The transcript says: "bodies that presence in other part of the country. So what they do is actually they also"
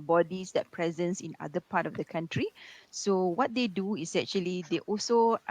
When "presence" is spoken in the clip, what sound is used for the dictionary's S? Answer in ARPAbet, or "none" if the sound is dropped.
S